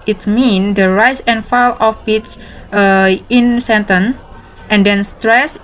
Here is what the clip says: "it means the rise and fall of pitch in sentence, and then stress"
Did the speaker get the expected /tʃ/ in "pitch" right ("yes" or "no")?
no